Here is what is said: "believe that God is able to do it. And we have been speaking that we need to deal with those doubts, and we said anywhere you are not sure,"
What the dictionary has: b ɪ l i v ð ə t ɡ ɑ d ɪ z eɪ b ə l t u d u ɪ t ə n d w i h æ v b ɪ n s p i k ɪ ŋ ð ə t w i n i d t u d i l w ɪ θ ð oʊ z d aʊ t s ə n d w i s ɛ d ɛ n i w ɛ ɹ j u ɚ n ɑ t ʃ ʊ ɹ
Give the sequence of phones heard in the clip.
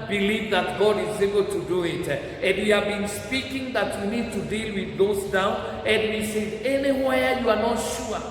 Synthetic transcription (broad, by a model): b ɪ l i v ð ə t ɡ ɑ d ɪ z eɪ b ə l t u d u ɪ t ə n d w i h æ v b ɪ n s p i k ɪ ŋ ð ə t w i n i d t u d i l w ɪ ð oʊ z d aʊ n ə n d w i s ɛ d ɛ n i w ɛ j u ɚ n ɑ t ʃ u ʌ